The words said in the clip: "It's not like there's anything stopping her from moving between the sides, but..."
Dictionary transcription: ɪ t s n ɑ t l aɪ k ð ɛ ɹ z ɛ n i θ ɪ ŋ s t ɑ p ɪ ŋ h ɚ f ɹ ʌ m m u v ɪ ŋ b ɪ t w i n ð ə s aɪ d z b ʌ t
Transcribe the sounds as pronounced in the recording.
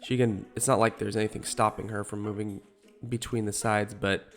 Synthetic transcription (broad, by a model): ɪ t s n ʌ t l aɪ k ð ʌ ɹ z ɛ n i θ ɪ ŋ s t ɑ p ɪ ŋ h ɚ f ɹ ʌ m m u v ɪ ŋ b ɪ t w i n ð ə s aɪ d z b ʌ t